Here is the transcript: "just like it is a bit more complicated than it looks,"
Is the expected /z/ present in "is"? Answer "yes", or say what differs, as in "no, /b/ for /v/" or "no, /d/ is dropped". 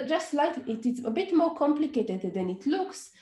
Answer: no, /s/ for /z/